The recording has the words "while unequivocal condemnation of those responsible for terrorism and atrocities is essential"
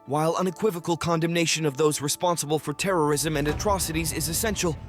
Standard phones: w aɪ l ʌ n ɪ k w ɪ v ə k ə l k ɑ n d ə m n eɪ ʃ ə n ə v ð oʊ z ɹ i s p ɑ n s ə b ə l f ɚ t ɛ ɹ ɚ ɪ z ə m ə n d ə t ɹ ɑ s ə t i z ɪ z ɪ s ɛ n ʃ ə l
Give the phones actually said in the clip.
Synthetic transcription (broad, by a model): w aɪ l ʌ n ɪ k w ɪ v ə k ə l k ɑ n d ə m n eɪ ʃ ə n ə v ð oʊ z ɹ i s p ɑ n s ə b ə l f ɚ t ɛ ɹ ɚ ɪ z ə m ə n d ə t ɹ ɑ s ə t i z ɪ z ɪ s ɛ n ʃ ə l